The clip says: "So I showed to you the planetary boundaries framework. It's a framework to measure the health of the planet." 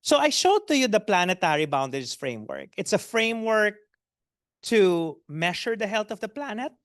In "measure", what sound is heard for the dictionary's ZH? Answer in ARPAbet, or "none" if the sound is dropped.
SH